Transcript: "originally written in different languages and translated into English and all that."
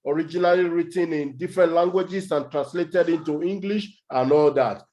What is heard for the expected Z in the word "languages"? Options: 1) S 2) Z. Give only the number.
1